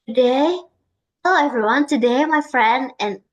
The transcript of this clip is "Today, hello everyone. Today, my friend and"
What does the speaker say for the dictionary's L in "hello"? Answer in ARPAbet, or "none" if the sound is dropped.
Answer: none